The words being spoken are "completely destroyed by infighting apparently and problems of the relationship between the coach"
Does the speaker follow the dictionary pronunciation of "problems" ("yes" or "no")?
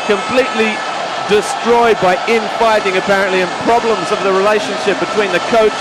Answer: yes